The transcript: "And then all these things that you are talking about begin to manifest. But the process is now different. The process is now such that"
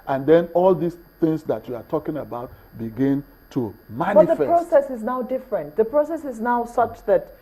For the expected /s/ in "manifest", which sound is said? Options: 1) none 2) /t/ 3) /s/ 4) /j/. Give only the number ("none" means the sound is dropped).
1